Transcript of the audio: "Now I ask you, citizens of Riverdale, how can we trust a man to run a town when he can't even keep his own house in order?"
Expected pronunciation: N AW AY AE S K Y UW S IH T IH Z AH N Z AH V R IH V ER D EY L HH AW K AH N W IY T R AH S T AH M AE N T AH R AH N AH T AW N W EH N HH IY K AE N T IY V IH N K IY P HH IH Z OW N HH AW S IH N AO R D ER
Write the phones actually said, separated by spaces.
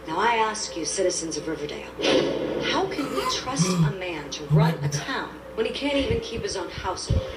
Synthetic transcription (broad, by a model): N AW AY AE S K Y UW S IH T IH Z AH N Z AH V R IH V ER D EY L HH AW K AH N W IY T R AH S T AH M AE N T AH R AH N AH T AW N W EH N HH IY K AE N T IY V IH N K IY P HH IH Z OW N HH AW S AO